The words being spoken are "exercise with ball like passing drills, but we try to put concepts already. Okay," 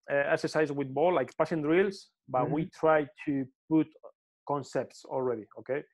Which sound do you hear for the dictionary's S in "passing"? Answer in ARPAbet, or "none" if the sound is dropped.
SH